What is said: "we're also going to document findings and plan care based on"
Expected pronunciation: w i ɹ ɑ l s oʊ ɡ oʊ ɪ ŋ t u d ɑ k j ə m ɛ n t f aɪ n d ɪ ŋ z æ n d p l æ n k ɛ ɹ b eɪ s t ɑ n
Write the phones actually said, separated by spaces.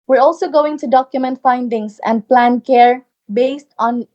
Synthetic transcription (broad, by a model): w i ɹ ɑ l s oʊ ɡ oʊ ɪ ŋ t u d ɑ k j ə m ɛ n t f aɪ n d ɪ ŋ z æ n d p l æ n k ɛ ɹ b eɪ s t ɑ n